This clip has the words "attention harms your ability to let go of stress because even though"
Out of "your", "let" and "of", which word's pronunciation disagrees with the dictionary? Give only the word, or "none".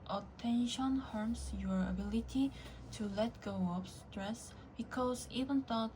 of